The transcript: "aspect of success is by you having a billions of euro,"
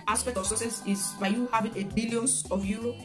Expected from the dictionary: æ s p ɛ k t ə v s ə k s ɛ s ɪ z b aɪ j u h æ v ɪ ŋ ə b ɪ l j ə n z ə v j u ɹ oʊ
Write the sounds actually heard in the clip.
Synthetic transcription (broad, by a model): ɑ s p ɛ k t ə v s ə s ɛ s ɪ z b aɪ j u h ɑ v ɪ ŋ ə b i l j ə n ə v j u ɹ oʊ